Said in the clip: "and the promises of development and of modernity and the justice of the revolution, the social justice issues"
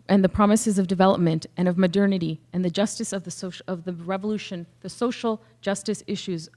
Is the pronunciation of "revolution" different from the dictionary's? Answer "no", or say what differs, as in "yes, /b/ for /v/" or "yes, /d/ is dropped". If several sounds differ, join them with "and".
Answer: no